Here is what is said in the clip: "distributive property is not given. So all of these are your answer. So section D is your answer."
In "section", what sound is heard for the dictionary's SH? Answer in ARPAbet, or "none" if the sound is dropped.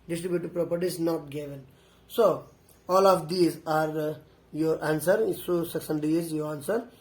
S